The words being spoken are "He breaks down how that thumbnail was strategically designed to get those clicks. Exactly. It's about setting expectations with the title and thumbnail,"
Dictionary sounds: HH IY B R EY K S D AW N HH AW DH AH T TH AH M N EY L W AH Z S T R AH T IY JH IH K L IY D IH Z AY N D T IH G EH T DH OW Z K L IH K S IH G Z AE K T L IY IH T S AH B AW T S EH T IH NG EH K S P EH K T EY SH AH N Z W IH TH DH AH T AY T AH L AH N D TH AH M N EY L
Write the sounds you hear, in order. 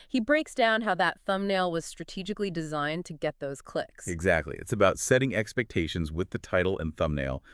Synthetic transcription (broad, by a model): HH IY B R EY K S D AW N HH AW DH AH T TH AH M N EY L W AH Z S T R AH T IY JH IH K L IY D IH Z AY N T IH G EH T DH OW Z K L IH K S IH G Z AE K T L IY IH T S AH B AW T S EH T IH NG EH K S P EH K T EY SH AH N Z W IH DH AH T AY T L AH N TH AH M N EY L